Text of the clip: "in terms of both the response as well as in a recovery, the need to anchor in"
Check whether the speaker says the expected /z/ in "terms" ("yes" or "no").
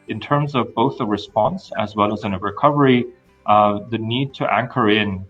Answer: yes